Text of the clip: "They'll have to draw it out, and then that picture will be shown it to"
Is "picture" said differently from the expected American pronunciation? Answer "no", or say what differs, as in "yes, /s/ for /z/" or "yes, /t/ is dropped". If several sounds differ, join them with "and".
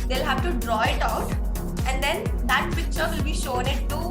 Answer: no